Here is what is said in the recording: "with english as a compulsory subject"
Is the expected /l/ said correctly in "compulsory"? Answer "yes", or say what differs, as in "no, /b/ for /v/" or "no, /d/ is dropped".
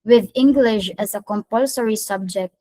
yes